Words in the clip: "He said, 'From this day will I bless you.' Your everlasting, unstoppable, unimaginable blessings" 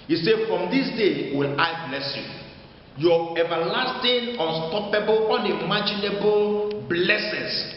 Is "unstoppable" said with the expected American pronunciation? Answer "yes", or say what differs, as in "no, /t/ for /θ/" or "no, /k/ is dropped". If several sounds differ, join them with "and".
yes